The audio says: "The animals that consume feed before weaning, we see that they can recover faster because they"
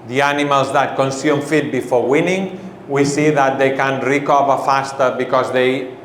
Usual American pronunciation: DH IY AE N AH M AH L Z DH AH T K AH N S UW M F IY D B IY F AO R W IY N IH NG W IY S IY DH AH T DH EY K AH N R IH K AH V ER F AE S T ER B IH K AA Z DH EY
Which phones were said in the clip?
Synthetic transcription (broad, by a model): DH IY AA N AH M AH L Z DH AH T K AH N S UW M F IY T B IY F AO R W IY N IH NG W IY S IY DH AH T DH EY K AH N R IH K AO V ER F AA S T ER B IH K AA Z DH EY